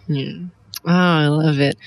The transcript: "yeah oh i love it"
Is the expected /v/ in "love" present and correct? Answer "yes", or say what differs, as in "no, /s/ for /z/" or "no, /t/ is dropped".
yes